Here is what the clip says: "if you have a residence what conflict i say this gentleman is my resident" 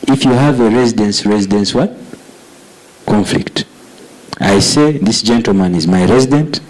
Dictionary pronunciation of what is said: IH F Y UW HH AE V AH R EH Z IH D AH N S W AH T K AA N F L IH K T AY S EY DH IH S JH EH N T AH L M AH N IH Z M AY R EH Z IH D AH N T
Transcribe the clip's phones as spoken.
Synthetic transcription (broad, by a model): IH F Y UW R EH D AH R EH Z IH D AH N S W AH T K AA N F L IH K T AY S EY DH IH S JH EH N T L M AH N IH Z M AY R EH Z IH D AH N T